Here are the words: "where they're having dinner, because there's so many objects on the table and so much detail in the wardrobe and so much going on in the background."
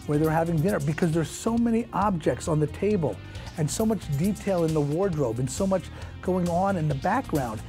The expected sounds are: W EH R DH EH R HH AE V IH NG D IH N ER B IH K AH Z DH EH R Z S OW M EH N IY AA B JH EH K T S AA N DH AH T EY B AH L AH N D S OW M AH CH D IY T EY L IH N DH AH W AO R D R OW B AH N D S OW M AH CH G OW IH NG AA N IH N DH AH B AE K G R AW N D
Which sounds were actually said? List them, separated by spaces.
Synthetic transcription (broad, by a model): W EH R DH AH R HH AE V IH NG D IH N ER B IH K AH Z DH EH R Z S OW M EH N IY AA B JH EH K T S N DH AH T EY B AH L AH N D S OW M AH CH D IY T EY L IH N DH AH W AO R D R OW B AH N S OW M AH CH G OW IH NG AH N IH N DH AH B AE K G R AW N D